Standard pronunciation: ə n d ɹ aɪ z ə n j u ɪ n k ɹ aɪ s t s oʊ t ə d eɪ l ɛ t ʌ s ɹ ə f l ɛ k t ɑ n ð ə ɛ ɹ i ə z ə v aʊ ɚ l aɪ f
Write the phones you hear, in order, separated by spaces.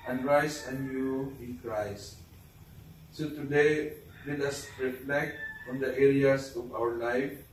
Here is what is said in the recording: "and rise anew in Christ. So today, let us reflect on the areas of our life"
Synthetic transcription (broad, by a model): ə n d ɹ aɪ s ə n j u ɪ n k ɹ aɪ s t s oʊ t ə d eɪ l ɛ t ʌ s ɹ ə f l ɛ k t ɑ n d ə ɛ ɹ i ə s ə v aʊ ɚ l aɪ f